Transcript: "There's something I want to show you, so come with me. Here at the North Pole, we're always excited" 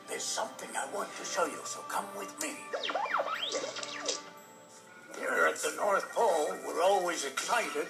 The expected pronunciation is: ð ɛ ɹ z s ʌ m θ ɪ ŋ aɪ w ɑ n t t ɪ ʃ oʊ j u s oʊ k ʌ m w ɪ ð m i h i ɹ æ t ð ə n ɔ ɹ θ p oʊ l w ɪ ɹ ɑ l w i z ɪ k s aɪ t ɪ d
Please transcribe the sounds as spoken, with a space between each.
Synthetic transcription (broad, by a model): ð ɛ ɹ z s ʌ m θ ɪ ŋ aɪ w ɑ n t t ɪ ʃ oʊ j u s oʊ k ʌ m w ɪ ð m i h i ɹ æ t ð ə n ɔ ɹ θ p oʊ l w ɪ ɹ ɑ l w i z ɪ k s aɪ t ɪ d